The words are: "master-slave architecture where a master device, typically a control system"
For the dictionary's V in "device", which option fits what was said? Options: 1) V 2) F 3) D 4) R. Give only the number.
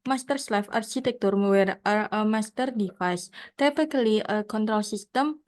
2